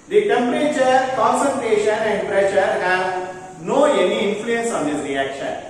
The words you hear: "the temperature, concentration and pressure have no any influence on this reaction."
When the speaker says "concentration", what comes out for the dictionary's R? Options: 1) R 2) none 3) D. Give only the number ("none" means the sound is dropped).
1